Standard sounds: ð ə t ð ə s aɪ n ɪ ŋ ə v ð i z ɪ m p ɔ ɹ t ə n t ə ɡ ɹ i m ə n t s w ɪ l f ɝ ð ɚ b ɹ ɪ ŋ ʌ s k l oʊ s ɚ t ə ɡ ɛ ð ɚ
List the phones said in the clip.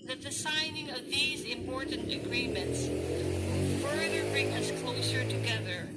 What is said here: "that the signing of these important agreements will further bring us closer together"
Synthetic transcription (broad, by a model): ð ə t ð ə s aɪ n ɪ ŋ ə v ð i z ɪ m p ɔ ɹ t n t ə ɡ ɹ i m ə n t s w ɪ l f ɝ ð ɚ b ɹ ɪ ŋ ʌ s k l oʊ s ɚ t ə ɡ ɛ ð ɚ